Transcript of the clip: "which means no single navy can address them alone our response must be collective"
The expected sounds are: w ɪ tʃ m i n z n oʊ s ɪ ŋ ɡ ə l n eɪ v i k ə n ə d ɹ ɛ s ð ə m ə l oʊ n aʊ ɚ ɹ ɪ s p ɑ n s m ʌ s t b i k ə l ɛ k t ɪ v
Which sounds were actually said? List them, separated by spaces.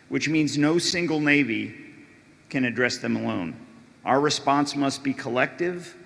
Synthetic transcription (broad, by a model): w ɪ tʃ m i n z n oʊ s ɪ ŋ ɡ l n eɪ v i k ə n ə d ɹ ɛ s ð ə m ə l oʊ n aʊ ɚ ɹ ɪ s p ɑ n s m ʌ s t b i k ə l ɛ k t ɪ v